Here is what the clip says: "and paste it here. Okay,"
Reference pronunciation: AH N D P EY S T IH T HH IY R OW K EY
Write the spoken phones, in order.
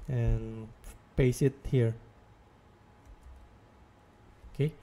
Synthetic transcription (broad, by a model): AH N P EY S IH T HH IY R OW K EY